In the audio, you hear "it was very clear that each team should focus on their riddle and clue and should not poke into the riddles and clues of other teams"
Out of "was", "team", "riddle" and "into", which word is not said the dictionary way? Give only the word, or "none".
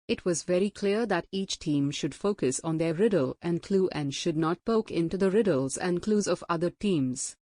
none